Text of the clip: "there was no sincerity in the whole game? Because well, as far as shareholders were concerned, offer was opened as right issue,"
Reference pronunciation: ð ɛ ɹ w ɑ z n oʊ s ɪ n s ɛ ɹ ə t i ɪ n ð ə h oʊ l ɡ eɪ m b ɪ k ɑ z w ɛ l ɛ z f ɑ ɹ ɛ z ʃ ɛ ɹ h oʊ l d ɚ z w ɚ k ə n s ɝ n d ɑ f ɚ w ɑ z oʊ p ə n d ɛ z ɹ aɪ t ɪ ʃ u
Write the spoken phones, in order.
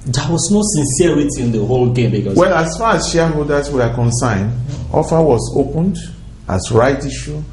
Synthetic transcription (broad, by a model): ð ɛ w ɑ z n oʊ s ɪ n s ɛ ɹ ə t i ɪ n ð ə h oʊ l ɡ eɪ m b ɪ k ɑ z w ɛ l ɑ s f ɑ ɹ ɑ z ʃ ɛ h oʊ l d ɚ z w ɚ k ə n s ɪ n d ɑ f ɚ w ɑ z oʊ p ə n d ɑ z ɹ aɪ t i ʃ u